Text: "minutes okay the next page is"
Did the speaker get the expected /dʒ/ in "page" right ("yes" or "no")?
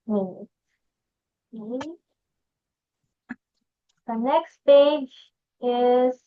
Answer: yes